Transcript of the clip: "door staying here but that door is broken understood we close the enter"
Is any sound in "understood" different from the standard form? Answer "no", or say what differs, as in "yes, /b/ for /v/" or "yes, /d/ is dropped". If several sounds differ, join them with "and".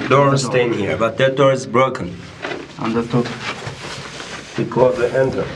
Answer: yes, /s/ is dropped